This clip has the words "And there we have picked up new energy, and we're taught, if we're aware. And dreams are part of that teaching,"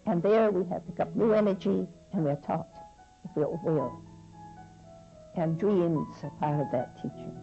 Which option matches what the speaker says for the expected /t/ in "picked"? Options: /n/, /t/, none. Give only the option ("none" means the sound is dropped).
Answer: none